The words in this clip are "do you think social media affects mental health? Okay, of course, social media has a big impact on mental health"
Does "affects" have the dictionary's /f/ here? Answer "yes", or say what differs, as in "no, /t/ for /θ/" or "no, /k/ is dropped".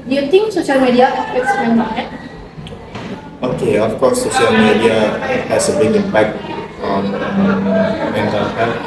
no, /p/ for /f/